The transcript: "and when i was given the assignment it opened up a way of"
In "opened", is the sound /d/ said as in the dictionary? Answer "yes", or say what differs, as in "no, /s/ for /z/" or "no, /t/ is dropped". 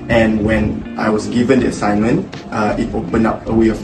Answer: no, /d/ is dropped